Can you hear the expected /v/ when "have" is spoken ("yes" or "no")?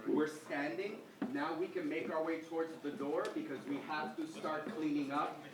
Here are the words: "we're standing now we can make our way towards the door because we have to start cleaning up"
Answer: no